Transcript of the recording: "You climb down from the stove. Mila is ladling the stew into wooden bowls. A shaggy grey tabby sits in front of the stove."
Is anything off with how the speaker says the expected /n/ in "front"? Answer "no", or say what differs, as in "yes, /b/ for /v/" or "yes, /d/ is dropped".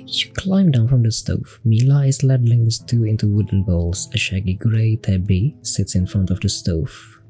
no